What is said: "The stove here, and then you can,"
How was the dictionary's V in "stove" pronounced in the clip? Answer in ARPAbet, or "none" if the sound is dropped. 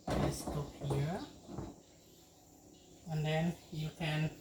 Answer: P